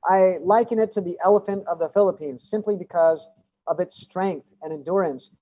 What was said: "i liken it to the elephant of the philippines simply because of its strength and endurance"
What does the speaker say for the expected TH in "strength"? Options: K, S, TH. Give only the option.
TH